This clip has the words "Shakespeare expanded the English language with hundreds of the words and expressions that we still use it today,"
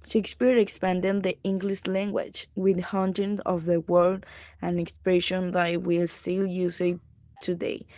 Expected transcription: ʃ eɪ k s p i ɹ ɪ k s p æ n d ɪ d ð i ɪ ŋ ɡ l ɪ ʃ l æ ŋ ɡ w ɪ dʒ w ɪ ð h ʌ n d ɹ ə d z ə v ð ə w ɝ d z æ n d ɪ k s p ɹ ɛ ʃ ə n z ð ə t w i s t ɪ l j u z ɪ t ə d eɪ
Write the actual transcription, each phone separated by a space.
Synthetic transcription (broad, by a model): ʃ eɪ k s p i ɹ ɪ k s p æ n d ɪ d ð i ɪ ŋ ɡ l ɪ ʃ l æ ŋ ɡ w ɪ dʒ w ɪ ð h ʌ n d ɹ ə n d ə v ð ə w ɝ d æ n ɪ k s p ɹ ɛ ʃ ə n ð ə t w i s t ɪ l j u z ɪ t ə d eɪ